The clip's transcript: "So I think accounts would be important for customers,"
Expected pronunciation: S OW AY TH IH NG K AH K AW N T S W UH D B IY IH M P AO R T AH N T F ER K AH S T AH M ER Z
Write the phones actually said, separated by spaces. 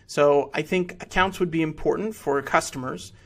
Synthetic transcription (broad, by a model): S OW AY TH IH NG K AH K AW N T S W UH D B IY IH M P AO R T N T F ER K AH S T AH M ER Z